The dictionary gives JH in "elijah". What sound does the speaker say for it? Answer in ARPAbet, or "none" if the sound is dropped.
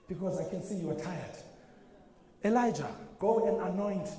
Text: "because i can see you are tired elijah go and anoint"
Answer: JH